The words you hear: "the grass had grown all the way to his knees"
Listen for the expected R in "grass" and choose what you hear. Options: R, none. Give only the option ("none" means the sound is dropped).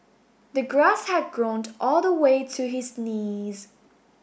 R